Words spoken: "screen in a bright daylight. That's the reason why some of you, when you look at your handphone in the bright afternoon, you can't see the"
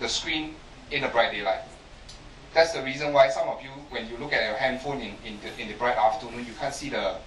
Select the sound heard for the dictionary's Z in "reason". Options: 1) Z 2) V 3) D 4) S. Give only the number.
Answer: 1